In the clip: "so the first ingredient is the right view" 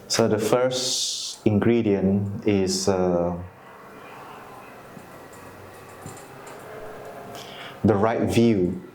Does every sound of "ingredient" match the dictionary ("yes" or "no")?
no